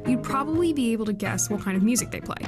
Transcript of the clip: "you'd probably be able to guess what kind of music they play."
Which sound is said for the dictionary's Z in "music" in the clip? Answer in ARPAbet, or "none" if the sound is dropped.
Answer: Z